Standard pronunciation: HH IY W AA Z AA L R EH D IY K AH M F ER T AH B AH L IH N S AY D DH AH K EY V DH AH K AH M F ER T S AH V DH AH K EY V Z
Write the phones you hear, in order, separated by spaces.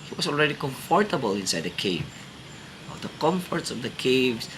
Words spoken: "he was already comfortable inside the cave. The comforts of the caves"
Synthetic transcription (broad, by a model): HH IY W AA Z AA L R EH D IY K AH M F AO T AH B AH L IH N S AY D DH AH K EY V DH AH K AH M F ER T S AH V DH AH K EY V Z